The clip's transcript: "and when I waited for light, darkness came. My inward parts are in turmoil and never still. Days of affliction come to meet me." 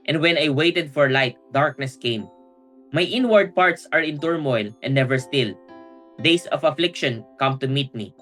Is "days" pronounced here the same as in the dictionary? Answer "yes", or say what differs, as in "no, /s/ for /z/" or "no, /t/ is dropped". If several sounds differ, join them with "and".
no, /s/ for /z/